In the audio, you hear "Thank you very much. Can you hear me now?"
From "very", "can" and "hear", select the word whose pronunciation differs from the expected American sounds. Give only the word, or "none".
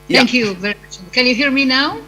none